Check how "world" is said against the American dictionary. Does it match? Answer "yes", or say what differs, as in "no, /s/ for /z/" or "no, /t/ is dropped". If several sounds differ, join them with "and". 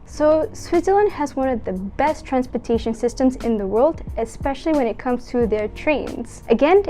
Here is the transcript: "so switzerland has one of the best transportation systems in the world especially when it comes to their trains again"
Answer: yes